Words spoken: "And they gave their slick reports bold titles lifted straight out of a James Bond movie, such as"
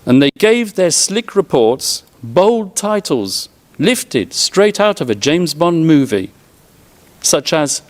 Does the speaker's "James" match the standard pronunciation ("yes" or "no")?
yes